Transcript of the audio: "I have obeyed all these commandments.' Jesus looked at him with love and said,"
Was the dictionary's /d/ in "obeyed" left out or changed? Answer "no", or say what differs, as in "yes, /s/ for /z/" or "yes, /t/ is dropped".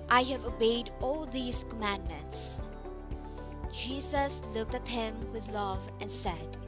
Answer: no